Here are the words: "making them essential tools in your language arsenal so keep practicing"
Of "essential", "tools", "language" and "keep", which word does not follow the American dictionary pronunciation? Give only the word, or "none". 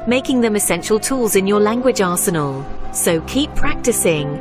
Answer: none